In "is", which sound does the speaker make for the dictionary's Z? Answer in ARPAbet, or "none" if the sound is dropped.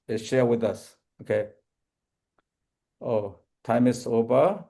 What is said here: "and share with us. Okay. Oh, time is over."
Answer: S